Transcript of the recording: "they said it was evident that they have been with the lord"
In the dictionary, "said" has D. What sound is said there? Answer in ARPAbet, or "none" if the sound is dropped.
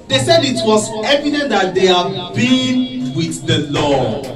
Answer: D